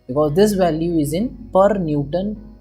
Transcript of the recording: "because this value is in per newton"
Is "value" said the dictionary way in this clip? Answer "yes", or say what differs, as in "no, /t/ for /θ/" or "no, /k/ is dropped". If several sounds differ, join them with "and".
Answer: yes